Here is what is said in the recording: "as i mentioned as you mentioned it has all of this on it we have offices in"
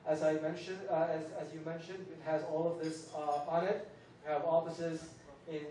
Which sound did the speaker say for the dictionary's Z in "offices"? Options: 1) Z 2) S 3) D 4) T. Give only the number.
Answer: 1